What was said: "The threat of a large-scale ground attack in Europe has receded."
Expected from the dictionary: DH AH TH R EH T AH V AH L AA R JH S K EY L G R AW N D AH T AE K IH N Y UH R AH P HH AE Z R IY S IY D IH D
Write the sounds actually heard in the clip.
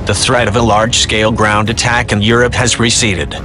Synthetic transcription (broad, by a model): DH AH TH R EH T AH V AH L AA R JH S K EY L G R AW N D AH T AE K IH N Y UH R AH P HH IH Z R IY S IY D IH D